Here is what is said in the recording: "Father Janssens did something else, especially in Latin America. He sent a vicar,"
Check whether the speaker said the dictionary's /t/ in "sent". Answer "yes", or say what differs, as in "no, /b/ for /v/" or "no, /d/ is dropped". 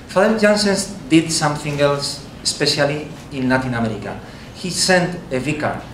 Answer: yes